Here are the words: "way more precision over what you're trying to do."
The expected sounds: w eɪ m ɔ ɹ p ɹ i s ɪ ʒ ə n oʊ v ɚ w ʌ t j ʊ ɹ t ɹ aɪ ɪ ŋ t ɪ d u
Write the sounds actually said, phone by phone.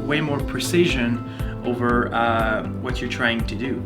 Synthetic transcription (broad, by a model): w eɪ m ɔ ɹ p ɹ i s ɪ ʒ ə n oʊ v ɚ w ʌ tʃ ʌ ɹ t ɹ aɪ ɪ ŋ t ɪ d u